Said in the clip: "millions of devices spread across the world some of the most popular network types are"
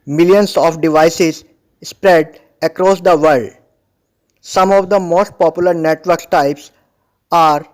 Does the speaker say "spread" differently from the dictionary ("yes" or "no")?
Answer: no